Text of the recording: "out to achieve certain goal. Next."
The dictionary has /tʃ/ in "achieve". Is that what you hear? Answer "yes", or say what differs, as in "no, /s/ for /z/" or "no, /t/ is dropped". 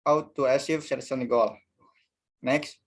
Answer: no, /s/ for /tʃ/